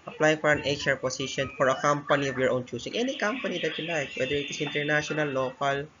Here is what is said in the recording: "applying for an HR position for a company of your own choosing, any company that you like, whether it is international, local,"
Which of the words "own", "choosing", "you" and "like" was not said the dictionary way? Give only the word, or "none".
choosing